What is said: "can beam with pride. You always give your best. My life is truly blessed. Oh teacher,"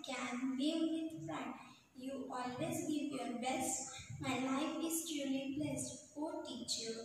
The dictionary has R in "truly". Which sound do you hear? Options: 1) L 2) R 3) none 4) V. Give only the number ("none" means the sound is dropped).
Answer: 3